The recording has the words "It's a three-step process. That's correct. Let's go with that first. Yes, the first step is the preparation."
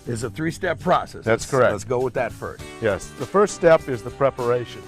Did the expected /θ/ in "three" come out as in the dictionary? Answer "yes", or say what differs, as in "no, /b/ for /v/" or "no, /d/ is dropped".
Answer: yes